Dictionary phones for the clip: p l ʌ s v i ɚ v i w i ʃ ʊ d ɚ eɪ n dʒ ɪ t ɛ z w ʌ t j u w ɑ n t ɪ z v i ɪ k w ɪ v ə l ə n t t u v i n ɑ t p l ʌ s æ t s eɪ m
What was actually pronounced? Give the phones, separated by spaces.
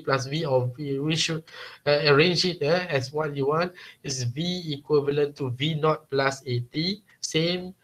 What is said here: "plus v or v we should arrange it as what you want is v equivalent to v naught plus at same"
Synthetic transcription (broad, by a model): p l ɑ s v i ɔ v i w i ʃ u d ɚ eɪ n dʒ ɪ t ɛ s w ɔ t j u w ɑ n t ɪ s v i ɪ k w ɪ v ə l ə n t t u v i n ɑ t p l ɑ s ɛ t s eɪ m